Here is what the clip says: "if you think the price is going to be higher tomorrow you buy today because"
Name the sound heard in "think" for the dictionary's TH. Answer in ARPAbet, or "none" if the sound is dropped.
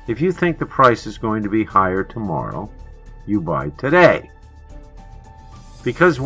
TH